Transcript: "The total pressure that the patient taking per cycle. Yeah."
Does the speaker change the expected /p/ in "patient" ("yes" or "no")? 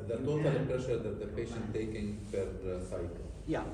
no